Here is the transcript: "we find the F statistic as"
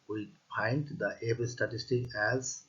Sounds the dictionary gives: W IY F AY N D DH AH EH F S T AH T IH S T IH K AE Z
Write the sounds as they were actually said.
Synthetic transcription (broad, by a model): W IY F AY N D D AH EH P S T AH T IH S T IH K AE Z